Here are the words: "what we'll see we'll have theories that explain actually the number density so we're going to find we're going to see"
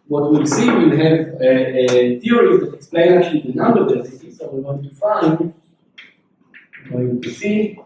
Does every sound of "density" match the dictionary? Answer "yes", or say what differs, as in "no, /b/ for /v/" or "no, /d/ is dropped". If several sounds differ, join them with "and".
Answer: no, /n/ is dropped